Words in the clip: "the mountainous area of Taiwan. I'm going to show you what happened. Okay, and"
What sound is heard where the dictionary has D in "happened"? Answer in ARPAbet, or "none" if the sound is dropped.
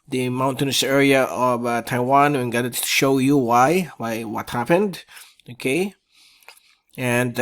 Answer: D